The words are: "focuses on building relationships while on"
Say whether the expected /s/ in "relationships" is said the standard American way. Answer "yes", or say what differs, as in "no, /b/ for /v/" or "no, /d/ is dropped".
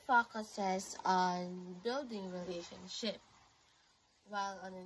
no, /s/ is dropped